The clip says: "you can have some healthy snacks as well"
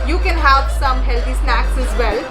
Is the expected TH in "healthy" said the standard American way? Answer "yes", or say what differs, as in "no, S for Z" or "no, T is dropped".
no, T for TH